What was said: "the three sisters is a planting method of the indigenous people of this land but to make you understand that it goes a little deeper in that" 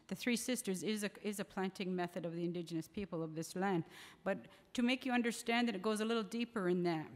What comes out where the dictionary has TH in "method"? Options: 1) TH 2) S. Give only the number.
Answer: 1